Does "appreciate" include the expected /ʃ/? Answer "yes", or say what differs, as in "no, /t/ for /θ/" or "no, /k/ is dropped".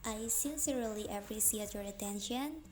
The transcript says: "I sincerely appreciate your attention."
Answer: no, /s/ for /ʃ/